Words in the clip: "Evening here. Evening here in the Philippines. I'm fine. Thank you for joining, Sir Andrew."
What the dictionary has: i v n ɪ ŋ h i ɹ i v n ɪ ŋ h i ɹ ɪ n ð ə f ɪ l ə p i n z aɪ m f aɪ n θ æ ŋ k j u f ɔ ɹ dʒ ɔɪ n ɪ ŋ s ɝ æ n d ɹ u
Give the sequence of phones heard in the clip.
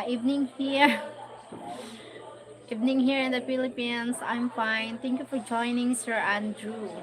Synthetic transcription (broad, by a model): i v n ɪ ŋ h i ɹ i v n ɪ ŋ h i ɹ ɪ n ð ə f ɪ l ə p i n s aɪ m f aɪ n t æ ŋ k j u f ɔ ɹ dʒ ɔɪ n ɪ ŋ s ɝ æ n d ɹ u